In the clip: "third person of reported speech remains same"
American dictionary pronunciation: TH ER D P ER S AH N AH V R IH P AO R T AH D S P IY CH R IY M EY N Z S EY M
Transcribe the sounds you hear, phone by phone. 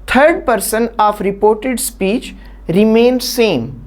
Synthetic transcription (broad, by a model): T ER D P ER S AH N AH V R IH P AO R T AH D S P IY CH R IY M EY N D S EY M